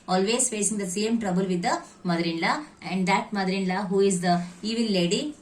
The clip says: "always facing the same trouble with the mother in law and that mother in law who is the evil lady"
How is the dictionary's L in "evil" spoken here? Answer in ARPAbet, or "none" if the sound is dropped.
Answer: N